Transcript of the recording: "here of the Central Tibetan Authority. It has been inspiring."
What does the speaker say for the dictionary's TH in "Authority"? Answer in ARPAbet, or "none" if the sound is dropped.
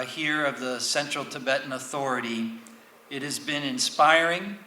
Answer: TH